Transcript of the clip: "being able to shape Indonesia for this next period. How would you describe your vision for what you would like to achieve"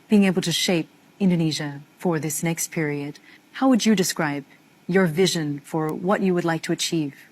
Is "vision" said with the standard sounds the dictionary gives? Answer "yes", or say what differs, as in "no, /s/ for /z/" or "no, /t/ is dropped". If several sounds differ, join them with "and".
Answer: yes